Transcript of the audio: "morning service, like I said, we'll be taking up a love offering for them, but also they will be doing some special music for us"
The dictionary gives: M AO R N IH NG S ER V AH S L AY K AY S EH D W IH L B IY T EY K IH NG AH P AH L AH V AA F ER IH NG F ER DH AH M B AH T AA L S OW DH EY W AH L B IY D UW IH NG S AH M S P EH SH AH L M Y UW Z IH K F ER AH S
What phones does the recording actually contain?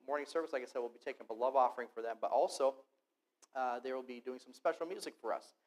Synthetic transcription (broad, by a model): M AO R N IH NG S ER V AH S L AY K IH S EH D W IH L B IY T EY K IH NG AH B AH L AH V AA F ER IH NG F ER DH AH M B AH T AA L S OW DH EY W AH L B IY D UW IH NG S AH M S P EH SH L M Y UW Z IH K F ER AH S